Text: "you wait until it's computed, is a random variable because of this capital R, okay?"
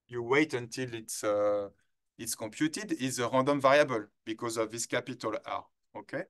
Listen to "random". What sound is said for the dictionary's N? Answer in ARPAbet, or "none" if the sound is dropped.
none